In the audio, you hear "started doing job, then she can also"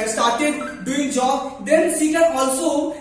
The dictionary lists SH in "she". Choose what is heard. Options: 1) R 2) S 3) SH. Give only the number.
2